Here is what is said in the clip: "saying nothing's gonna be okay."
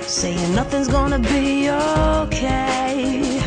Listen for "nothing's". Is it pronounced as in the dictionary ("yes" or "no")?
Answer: yes